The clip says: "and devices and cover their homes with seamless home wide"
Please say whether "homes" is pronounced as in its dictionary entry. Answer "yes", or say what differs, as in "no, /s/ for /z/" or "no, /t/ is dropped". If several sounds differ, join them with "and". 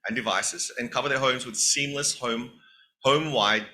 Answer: yes